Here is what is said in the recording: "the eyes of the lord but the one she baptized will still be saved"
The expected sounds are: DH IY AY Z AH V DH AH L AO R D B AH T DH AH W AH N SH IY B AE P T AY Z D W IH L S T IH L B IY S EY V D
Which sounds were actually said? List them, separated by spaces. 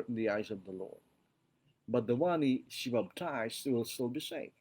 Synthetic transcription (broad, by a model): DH IY AY Z AH V DH AH L AO R D B AH T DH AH W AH N SH IY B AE B T AY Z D W IH L S T IH L B IY S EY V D